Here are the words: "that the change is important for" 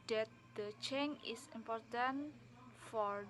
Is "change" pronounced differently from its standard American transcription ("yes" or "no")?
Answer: yes